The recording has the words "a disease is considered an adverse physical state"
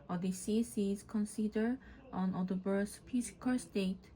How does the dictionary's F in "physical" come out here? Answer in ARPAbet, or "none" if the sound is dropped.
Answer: P